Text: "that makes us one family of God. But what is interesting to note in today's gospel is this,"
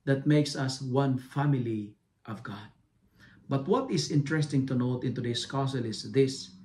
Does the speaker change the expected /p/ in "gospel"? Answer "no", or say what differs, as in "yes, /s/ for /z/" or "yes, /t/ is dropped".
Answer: yes, /p/ is dropped